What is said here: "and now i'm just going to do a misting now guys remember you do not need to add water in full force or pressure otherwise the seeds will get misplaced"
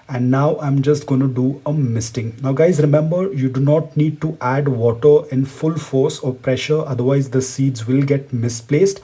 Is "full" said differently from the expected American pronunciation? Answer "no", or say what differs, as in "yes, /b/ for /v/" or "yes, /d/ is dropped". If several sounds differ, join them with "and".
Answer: no